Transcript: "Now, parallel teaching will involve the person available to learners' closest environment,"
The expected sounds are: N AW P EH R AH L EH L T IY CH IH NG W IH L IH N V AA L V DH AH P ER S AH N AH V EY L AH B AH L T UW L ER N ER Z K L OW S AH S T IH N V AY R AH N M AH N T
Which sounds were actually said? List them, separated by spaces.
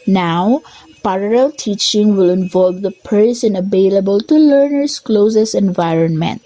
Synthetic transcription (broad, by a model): N AW P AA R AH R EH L T IY CH IH NG W IH L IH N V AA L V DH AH P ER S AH N AH V EY L AH B AH L T UW L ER N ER S K L OW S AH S IH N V AY R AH N M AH N T